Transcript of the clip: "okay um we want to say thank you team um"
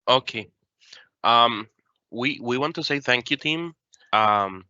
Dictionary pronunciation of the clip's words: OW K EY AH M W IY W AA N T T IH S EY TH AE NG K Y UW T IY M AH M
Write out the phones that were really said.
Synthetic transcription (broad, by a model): OW K EY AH M W IY W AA N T T IH S EY TH AE NG K Y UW T IY M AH M